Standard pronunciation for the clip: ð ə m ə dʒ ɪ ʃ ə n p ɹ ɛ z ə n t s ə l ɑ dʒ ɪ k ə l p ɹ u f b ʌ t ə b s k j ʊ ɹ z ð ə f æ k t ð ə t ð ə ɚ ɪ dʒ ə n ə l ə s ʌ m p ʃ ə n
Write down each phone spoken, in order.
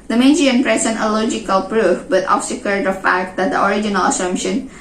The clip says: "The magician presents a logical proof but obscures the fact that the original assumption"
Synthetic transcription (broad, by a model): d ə m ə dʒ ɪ ə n p ɹ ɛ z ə n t ə l ɑ dʒ ɪ k ə l p ɹ u f b ʌ t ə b s k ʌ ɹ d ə f æ k t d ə t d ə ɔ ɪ dʒ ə n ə l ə s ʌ m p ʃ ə n